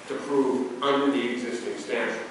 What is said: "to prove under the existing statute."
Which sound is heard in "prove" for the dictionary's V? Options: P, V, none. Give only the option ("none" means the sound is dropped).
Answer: V